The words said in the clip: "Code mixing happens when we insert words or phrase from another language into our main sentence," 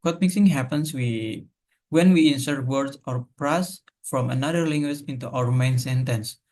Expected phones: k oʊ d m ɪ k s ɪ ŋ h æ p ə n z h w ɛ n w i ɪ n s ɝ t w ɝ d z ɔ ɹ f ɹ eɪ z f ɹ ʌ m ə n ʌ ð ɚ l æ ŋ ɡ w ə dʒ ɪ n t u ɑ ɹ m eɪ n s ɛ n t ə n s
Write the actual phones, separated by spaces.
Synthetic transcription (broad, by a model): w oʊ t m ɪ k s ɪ ŋ h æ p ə n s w w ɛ n w i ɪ n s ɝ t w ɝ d s ɔ ɹ p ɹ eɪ s f ɹ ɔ m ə n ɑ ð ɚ l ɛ ŋ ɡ w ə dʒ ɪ n t u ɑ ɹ m eɪ n s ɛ n t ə n s